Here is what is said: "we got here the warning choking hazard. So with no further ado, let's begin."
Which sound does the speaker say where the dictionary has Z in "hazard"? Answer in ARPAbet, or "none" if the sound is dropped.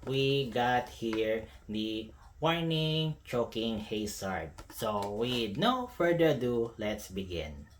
S